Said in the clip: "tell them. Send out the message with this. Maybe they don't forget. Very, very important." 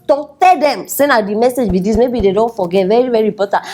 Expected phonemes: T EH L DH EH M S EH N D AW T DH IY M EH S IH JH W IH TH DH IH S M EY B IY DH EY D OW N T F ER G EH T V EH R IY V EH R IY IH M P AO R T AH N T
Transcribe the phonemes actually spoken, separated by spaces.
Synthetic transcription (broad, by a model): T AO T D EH M S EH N AW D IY M EH S IH JH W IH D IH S M EY B IY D EY D OW N T F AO G EH T V EH R IY V EH R IY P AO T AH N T